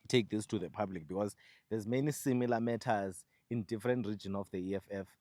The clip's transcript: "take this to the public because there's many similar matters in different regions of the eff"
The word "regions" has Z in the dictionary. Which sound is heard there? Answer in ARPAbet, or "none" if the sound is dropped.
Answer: none